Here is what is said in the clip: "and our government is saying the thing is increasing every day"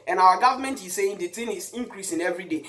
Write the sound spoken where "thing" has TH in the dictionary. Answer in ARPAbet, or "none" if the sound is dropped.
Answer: T